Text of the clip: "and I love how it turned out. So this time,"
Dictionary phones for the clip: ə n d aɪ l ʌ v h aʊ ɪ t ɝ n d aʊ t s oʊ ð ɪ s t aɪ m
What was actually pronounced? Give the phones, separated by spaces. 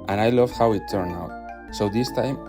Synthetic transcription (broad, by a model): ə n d aɪ l ʌ v h aʊ ɪ t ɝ n aʊ t s oʊ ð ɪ s t aɪ m